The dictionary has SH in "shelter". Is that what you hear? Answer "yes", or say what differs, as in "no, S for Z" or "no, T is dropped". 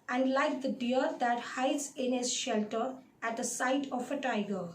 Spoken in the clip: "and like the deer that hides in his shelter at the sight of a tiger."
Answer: yes